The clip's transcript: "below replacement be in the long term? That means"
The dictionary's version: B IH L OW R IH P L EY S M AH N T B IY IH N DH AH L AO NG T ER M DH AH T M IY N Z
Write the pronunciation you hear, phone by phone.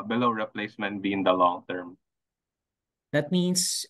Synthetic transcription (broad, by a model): B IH L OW R IH P L EY S M AH N T B IY IH N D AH L AO NG T ER M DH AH T M IY N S